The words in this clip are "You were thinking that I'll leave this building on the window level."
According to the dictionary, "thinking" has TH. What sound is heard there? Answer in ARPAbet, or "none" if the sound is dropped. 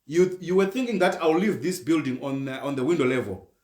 TH